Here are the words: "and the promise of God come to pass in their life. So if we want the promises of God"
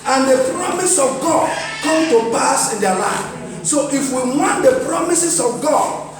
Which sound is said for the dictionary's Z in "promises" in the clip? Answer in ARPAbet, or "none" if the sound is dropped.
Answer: S